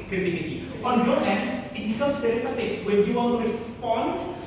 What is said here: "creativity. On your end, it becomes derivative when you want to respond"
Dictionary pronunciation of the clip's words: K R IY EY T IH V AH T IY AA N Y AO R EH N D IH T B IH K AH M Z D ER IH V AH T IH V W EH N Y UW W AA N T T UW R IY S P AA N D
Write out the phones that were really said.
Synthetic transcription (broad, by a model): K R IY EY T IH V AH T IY AA N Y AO L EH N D IH T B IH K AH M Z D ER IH F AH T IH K W EH N Y UW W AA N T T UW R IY S P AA N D